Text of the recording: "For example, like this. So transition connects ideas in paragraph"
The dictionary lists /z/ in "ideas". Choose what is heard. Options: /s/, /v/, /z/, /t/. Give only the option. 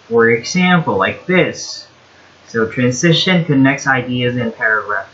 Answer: /z/